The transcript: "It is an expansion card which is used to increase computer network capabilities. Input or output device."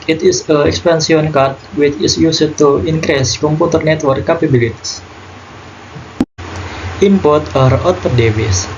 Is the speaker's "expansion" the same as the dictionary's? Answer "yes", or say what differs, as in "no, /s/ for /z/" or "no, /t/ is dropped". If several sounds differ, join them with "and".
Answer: no, /s/ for /ʃ/